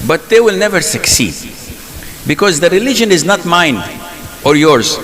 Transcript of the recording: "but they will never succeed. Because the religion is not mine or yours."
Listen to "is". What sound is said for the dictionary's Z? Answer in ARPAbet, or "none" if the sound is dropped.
Z